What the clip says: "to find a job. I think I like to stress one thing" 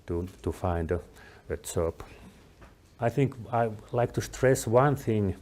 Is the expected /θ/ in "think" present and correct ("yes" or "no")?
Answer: yes